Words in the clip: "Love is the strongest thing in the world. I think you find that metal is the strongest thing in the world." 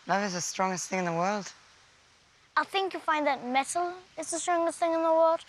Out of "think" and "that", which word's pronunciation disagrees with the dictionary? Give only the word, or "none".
none